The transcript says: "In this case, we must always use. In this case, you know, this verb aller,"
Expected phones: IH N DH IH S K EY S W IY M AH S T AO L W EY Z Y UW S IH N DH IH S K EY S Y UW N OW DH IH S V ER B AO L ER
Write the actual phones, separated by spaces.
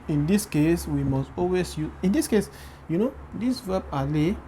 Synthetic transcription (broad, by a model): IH N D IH S K EY S W IY M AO S T AO L W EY S Y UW IH N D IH S K EY S Y UW N OW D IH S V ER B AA L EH